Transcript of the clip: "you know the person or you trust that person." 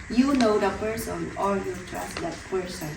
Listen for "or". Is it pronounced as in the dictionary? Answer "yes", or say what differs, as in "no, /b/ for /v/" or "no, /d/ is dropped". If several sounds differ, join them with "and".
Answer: no, /l/ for /ɹ/